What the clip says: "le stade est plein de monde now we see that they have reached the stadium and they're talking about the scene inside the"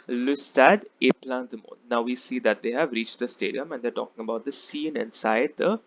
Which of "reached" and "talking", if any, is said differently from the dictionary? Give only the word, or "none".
none